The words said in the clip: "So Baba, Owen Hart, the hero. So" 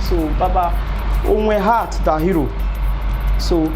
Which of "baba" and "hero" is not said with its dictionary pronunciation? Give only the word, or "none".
none